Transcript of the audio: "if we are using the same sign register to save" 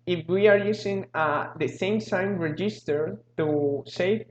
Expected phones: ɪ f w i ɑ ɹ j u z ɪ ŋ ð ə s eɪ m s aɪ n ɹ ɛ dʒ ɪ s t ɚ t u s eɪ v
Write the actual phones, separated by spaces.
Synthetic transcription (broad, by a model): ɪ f w i ɑ ɹ j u s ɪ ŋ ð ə s eɪ m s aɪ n ɹ ɛ dʒ ɪ s t ɚ t u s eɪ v